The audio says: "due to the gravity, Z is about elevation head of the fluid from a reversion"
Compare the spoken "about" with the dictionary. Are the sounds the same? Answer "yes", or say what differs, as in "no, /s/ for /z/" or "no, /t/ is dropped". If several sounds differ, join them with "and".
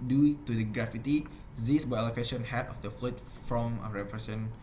no, /t/ is dropped